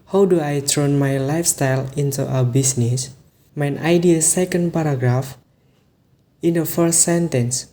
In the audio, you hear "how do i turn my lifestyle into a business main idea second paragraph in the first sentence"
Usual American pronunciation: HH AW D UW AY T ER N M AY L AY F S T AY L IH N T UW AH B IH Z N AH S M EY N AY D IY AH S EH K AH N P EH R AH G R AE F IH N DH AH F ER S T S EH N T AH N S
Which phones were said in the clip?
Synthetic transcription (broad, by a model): HH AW D UW AY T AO N M AY L AY F S T AY L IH N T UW AH B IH S N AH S M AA N AY D IY AH S EH K AH N P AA R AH G R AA F IH N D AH F ER S T S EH N T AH N S